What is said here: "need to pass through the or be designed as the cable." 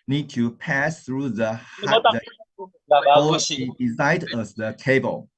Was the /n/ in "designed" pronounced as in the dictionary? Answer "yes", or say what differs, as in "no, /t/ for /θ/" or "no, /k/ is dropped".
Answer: no, /n/ is dropped